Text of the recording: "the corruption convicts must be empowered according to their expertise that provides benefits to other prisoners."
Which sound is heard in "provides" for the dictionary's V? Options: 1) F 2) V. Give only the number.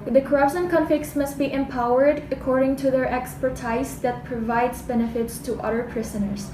2